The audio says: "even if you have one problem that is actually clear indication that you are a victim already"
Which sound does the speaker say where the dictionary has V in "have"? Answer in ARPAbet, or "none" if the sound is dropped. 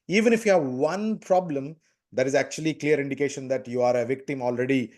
V